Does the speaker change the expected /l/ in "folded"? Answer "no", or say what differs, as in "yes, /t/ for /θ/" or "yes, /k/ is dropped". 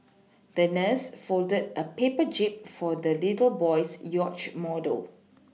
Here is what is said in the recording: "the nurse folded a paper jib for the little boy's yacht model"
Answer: no